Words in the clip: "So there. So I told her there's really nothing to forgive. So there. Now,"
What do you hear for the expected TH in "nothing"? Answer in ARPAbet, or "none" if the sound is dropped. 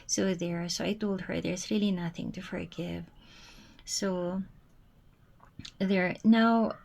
TH